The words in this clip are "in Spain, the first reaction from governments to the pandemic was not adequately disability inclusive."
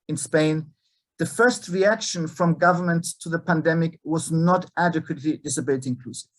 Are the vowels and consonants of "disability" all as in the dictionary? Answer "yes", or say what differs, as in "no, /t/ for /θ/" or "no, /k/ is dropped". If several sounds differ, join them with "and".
no, /l/ is dropped